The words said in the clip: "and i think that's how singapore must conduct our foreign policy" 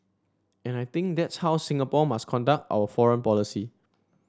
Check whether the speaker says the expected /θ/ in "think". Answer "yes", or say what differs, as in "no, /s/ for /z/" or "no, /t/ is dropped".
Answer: no, /t/ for /θ/